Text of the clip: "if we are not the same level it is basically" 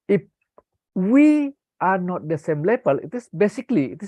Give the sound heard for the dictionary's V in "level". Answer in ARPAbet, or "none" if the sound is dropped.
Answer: B